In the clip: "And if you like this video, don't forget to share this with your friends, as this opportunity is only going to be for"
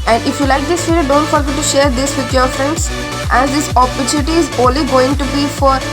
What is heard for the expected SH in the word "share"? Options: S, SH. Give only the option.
SH